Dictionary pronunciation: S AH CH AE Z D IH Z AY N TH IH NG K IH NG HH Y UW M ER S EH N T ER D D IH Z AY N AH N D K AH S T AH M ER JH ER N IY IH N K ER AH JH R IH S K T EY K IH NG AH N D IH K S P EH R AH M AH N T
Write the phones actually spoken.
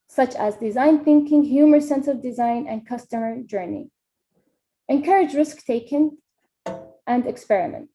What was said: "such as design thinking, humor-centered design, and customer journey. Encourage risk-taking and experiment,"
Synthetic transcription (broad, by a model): S AH CH AE Z D IH Z AY N TH IH NG K IH NG HH Y UW M ER S EH N S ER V D IH Z AY N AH N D K AH S T AH M ER JH ER N IY IH N K ER AH JH R IH S K T EY K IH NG AH N D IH K S P EH R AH M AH N T